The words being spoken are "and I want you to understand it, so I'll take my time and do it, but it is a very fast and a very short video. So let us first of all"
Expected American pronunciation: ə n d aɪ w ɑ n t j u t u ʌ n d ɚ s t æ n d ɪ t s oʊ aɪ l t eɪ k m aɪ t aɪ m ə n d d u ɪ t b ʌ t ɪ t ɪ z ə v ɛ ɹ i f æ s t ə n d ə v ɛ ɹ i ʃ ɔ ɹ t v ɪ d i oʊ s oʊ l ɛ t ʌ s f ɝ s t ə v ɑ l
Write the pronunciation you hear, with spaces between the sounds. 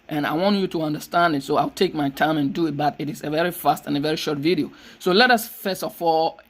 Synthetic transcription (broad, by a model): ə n aɪ w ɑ n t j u t u ʌ n d ɚ s t æ n d ɪ t s oʊ aɪ l t eɪ k m aɪ t aɪ m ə n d d u ɪ t b ʌ t ɪ t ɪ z ə v ɛ ɹ i f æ s t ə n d ə v ɛ ɹ i ʃ ɔ ɹ t v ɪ d i oʊ s oʊ l ɛ t ʌ s f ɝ s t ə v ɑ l